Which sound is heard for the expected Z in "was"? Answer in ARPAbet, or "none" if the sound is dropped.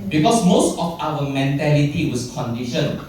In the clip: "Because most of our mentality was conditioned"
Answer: S